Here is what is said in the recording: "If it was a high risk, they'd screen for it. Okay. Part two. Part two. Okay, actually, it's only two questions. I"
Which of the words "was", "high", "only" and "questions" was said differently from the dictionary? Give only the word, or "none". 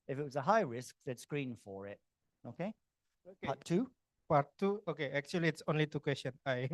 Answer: questions